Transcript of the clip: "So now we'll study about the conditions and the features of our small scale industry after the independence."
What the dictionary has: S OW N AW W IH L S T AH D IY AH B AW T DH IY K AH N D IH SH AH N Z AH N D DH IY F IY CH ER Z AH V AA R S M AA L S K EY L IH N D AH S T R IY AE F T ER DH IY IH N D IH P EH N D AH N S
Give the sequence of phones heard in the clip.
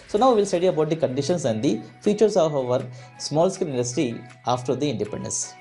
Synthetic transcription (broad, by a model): S OW N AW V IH L S T AH D IY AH B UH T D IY K AH N D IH SH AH N S AH N D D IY F IY CH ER S AH V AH R S M AA L S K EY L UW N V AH S T IY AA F T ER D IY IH N D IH P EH N D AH N S